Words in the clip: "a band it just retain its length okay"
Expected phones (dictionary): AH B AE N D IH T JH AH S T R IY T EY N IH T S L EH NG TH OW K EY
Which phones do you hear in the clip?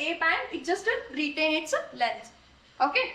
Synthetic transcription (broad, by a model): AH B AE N IH T JH AH S T R IY T EY N IH T S L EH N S OW K EY